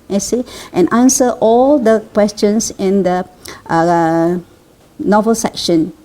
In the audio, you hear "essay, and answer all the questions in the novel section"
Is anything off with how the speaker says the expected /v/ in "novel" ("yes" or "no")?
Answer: no